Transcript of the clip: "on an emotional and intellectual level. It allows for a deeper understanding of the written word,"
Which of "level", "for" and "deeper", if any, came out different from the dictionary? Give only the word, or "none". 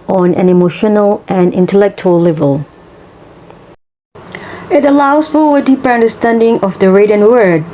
for